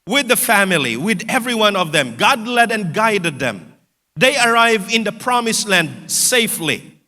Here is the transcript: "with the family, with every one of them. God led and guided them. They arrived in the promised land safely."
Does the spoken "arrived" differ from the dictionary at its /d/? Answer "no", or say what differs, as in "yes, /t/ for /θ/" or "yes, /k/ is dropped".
yes, /d/ is dropped